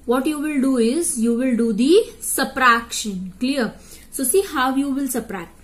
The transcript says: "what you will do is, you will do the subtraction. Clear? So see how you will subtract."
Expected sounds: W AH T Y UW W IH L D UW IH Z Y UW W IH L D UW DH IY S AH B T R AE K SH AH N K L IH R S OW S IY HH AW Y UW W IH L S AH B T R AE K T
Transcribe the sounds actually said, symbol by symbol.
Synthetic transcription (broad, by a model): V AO T Y UW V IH L D UW IH Z Y UW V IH L D UW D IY S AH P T R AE K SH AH N K L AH R S OW S IY HH AW Y UW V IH L S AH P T R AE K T